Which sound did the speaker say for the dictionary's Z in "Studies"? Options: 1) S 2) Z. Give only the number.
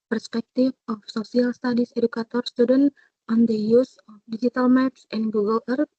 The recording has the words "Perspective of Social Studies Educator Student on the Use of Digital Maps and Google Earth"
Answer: 1